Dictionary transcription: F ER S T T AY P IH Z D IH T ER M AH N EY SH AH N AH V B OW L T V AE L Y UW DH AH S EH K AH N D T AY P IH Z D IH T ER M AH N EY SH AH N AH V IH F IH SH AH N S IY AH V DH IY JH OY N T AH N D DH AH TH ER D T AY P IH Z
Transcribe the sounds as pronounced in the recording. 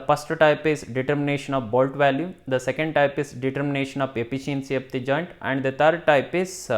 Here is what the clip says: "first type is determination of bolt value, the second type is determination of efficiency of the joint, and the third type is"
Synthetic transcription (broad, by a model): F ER S T T AY P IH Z D IH T ER M AH N EY SH AH N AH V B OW L T V AE L Y UW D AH S EH K AH N D T AY P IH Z D IH T ER M AH N EY SH AH N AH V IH P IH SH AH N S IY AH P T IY JH OY N T AH N D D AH T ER D T AY P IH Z